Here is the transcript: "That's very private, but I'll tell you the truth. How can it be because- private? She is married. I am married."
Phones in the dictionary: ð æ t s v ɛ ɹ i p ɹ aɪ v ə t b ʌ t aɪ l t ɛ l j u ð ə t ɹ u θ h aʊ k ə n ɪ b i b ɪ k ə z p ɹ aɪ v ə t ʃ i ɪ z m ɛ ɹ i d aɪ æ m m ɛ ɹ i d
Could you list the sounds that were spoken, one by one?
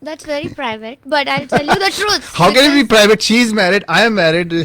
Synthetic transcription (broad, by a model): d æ t s v ɛ ɹ i p ɹ aɪ v ə t b ʌ t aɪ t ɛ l j u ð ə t ɹ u t h aʊ k ə n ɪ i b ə p ɹ aɪ v ə t ʃ i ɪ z m ɛ ɹ i d aɪ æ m m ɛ ɹ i d